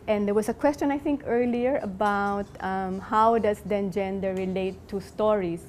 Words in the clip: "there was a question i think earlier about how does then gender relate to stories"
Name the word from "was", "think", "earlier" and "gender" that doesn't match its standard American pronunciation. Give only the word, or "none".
was